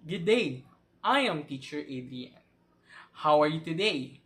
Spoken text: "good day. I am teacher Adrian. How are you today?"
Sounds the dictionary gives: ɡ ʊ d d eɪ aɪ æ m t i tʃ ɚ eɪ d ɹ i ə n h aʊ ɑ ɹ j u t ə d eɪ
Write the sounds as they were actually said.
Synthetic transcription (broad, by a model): ɡ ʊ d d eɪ aɪ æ m t i tʃ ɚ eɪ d i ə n h aʊ ɑ ɹ j u t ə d eɪ